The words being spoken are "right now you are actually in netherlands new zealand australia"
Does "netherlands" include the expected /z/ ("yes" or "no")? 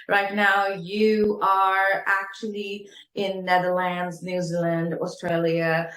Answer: yes